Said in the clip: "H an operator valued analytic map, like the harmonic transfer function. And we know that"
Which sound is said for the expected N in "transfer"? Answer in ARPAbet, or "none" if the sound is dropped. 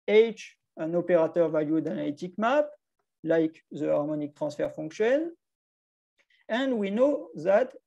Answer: none